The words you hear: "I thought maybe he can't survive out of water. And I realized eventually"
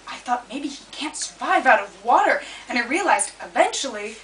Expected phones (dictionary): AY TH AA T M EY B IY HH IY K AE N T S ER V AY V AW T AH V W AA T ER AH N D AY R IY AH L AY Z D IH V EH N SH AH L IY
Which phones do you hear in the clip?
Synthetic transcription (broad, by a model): AY TH AA T M EY B IY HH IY K AE N T S ER V AY V AW T AH V W AA T ER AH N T R IY AH L AY Z D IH V EH N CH L IY